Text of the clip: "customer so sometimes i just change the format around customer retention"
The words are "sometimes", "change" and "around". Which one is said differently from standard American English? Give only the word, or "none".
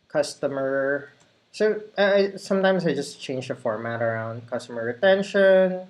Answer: sometimes